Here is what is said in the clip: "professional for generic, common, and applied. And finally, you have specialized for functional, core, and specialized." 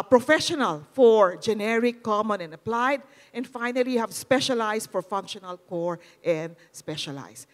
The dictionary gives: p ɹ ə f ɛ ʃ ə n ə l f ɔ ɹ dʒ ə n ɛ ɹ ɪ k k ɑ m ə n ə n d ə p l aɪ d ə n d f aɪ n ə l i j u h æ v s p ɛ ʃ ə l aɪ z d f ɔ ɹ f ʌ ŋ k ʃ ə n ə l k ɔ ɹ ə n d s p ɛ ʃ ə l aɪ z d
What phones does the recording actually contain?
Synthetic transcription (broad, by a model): p ɹ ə f ɛ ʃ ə n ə l f ɔ ɹ dʒ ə n ɛ ɹ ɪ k k ɑ m ə n ə n d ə p l aɪ d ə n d f aɪ n ə l i h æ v s p ɛ ʃ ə l aɪ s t f ɔ ɹ f ʌ ŋ k ʃ ə n ə l k ɔ ɹ ə n d s p ɛ ʃ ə l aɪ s